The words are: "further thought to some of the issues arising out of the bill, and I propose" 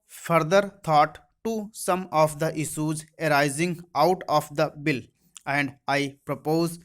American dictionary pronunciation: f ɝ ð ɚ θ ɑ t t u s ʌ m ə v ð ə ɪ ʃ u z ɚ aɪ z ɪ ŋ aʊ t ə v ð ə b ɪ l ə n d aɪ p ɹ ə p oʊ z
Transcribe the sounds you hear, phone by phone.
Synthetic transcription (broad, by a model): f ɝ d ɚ t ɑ t t u s ʌ m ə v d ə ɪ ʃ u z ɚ aɪ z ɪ ŋ aʊ t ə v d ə b ɪ l ə n d aɪ p ɹ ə p oʊ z